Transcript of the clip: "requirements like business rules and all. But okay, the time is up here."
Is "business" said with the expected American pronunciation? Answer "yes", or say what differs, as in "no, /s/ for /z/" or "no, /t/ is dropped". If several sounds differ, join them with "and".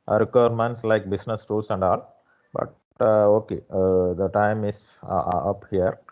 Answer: no, /s/ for /z/